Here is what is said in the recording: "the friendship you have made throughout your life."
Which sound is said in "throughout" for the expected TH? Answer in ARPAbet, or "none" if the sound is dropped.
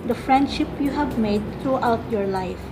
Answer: T